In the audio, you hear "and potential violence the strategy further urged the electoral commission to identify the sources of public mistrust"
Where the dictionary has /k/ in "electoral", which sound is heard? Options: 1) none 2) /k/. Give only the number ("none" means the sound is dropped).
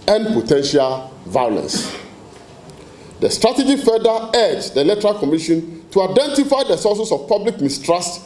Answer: 1